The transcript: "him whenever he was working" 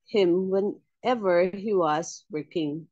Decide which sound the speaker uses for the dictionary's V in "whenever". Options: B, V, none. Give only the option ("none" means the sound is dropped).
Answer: V